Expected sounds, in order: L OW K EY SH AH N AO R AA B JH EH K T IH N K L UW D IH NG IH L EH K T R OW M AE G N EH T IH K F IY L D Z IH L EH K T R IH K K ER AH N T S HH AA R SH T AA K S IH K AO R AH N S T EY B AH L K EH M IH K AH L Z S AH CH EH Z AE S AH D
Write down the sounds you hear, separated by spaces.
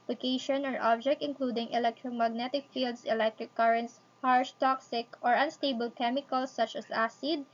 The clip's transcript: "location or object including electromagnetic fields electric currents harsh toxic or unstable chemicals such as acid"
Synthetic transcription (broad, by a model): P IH K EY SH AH N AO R AA B JH EH K T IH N K L UW D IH NG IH L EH K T R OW M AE G N EH T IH K F IY L D S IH L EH K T R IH K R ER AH N T S HH AA R SH T AA K S IH K AO R AH N S T EY B AH L K EH M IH K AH L S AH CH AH S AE S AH D